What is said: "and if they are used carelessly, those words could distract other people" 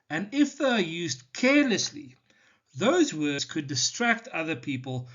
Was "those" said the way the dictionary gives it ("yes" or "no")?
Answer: yes